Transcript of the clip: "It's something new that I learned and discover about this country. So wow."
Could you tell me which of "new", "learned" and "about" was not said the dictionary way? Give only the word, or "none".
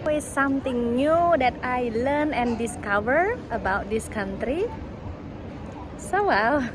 learned